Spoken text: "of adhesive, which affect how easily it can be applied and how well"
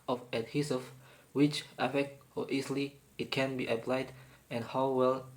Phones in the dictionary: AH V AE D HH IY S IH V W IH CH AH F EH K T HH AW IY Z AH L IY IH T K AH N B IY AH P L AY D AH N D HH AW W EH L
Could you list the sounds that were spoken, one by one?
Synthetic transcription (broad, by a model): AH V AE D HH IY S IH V W IH CH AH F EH K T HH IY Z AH L IY IH T K AH N B IY AH P L AY D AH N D HH AW W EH L